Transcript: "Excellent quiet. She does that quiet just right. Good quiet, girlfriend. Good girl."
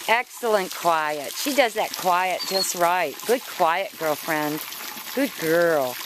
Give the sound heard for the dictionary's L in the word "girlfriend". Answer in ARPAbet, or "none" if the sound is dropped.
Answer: L